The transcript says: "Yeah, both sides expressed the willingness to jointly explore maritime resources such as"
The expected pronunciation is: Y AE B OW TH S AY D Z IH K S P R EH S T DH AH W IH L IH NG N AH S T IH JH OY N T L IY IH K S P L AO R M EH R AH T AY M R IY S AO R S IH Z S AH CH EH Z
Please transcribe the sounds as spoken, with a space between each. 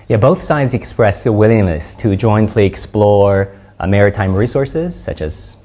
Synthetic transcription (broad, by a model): Y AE B OW TH S AY D Z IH K S P R EH S DH AH W IH L IH NG N AH S T IH JH OY N T L IY IH K S P L AO R M EH R AH T AY M R IY S AO R S IH Z S AH CH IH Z